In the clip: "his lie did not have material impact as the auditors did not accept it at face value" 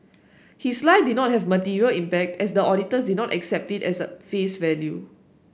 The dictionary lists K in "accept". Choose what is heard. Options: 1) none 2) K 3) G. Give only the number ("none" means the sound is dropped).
2